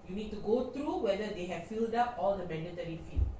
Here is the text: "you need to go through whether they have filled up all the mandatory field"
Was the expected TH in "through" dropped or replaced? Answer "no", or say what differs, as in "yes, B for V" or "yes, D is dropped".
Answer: yes, T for TH